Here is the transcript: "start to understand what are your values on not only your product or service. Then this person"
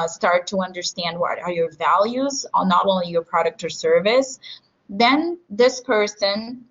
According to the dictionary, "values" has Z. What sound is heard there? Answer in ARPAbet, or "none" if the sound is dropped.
Z